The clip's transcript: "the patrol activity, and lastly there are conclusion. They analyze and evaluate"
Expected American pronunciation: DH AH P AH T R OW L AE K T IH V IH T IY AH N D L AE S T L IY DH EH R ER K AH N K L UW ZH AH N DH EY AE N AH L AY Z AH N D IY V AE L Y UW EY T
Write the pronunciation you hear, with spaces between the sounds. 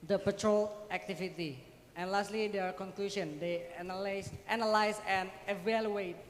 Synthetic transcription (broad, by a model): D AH P AH T R OW L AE K T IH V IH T IY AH N L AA S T L IY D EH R K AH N K L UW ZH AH N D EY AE N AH L AY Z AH N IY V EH L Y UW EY T